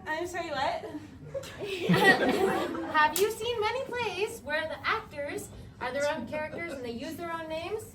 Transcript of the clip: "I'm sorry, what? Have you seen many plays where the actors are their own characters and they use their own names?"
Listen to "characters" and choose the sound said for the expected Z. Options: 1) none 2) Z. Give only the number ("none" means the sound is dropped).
2